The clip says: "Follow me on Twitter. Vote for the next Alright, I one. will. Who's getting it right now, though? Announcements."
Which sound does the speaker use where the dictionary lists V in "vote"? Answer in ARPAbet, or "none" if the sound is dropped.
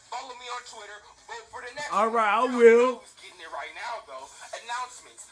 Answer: W